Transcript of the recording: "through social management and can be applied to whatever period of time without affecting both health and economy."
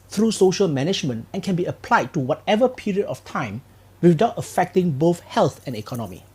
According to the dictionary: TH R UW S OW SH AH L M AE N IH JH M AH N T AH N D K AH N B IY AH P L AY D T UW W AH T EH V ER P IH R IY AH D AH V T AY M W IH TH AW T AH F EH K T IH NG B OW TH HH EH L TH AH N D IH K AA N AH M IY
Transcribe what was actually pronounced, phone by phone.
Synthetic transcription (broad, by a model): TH R UW S OW SH AH L M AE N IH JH M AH N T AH N K AH N B IY AH P L AY D T UW W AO T EH V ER P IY R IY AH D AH F T AY M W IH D AW T AH F EH K T IH NG B OW TH HH EH L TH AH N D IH K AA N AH M IY